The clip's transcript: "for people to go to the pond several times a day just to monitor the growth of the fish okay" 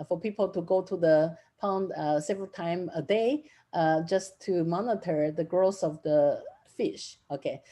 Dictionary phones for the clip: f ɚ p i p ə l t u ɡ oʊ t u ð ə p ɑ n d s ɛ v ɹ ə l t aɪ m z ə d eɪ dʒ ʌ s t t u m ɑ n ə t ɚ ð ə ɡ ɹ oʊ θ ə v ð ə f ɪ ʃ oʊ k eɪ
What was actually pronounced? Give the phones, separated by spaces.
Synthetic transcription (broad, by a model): f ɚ p i p ə l t u ɡ oʊ t u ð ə p ɑ n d s ɛ v ɹ ə l t aɪ m ə d eɪ dʒ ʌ s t t u m ɑ n ə t ɚ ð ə ɡ ɹ oʊ s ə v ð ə f ɪ ʃ oʊ k eɪ